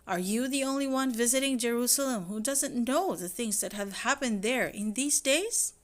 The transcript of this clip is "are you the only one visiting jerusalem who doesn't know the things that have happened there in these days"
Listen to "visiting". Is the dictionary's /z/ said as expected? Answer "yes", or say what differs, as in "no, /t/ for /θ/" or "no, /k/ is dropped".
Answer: yes